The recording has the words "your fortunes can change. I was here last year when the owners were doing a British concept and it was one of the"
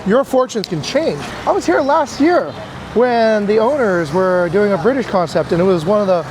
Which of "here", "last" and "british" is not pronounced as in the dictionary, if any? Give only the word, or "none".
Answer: none